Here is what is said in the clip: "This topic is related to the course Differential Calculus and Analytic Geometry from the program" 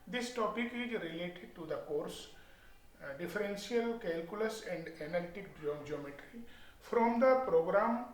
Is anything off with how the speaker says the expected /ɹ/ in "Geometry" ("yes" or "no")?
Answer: no